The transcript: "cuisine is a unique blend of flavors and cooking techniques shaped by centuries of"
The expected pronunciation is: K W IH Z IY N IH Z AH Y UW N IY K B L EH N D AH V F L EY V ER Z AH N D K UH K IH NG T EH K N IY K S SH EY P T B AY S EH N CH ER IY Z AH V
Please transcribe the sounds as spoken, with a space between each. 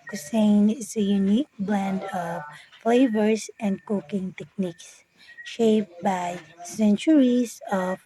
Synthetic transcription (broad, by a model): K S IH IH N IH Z AH Y UW N IY K B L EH N D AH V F L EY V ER S AH N D K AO K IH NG T EH K N IY K S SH EY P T B AY S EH N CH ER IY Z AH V